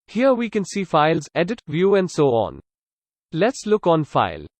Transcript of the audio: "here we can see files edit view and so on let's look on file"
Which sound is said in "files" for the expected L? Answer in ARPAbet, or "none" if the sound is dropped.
L